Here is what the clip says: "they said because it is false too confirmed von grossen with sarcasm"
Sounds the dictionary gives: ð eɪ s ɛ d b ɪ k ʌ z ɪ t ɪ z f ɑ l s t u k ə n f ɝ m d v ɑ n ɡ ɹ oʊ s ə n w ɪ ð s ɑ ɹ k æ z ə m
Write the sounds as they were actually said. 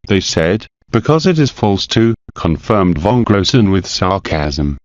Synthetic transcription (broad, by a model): ð eɪ s ɛ d b ɪ k ʌ z ɪ t ɪ z f ɑ l s t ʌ k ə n f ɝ m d v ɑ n ɡ ɹ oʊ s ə n w ɪ ð s ɑ ɹ k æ z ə m